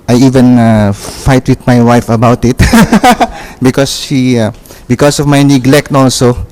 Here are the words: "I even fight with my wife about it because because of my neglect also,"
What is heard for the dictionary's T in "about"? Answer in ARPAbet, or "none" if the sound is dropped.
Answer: T